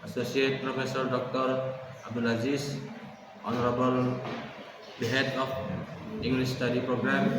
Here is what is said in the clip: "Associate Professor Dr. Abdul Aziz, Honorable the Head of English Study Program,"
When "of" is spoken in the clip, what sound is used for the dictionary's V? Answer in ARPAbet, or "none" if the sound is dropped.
P